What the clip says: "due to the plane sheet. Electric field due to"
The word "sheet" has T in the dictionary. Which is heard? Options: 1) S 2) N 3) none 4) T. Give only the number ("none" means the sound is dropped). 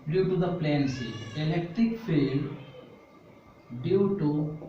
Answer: 3